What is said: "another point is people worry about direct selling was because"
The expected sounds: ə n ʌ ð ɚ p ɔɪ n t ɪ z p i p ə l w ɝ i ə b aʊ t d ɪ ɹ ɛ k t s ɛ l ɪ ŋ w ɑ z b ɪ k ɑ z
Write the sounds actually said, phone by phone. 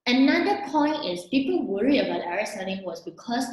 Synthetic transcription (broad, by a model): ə n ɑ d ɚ p ɔɪ n t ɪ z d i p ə w ɝ i ə b aʊ t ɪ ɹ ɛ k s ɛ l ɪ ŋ w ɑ s b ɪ k ɑ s